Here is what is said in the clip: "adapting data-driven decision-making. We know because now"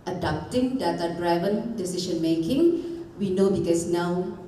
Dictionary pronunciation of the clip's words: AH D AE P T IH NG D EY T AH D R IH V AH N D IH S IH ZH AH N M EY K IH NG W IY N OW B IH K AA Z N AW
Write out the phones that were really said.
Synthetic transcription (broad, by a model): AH D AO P T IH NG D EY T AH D R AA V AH N D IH S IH SH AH N M EY K IH NG W IY N OW B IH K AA S N AW